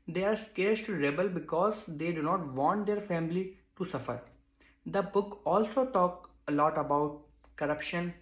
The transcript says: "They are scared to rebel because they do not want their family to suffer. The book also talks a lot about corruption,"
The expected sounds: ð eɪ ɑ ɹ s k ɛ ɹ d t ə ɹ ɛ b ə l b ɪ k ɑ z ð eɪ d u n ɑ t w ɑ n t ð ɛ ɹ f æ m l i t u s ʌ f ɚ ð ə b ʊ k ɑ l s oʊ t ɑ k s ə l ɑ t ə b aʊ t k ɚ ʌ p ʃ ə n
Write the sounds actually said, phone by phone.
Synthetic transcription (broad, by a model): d eɪ ɑ ɹ s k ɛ ɹ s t ɹ ɛ b ə l b ɪ k ɑ z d eɪ d u n ɑ t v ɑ n t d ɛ ɹ f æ m l i t u s ʌ f ɚ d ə b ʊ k ɑ l s oʊ t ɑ k ə l ɑ t ə b aʊ t k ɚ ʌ p ʃ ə n